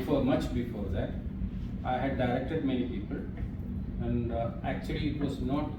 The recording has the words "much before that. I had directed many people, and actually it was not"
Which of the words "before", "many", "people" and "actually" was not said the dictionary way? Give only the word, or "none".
none